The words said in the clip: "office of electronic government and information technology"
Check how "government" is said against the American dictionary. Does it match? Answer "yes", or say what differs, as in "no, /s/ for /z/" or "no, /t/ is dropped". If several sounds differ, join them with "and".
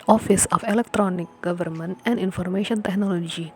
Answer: yes